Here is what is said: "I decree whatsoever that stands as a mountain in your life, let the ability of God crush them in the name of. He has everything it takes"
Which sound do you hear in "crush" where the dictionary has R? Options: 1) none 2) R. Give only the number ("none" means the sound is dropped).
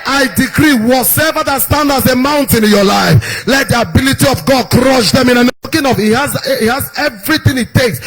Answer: 2